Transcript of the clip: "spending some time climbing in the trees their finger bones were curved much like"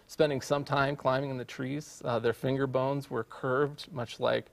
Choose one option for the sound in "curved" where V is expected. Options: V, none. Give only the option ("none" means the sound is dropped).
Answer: V